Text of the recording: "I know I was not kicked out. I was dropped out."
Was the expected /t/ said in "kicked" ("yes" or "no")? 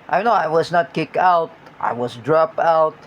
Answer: no